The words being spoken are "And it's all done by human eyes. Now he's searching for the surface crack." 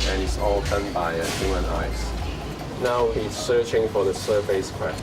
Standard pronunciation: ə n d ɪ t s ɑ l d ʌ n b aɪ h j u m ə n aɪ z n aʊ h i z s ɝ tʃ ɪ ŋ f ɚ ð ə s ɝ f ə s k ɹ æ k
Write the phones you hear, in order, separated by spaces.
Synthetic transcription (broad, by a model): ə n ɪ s ɑ l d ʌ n b aɪ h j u m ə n aɪ s n aʊ h i z s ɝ tʃ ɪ ŋ f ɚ ð ə s ɝ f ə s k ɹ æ